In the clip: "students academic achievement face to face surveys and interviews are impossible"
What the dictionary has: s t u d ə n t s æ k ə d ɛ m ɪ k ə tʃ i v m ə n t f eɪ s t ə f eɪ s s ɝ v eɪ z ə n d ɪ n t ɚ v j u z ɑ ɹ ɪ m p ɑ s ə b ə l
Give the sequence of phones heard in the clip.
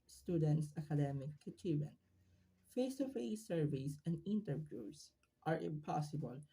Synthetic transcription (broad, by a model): s t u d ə n t s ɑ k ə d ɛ m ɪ k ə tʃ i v ə n f eɪ s t ə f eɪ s s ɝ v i s ə n d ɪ n t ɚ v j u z ɑ ɹ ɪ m p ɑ s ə b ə l